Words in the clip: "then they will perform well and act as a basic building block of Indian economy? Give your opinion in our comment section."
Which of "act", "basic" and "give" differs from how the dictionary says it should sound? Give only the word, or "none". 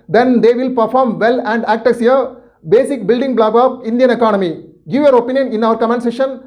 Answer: none